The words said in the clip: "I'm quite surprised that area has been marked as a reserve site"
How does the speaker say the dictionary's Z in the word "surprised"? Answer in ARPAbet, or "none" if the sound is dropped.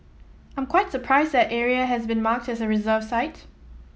Z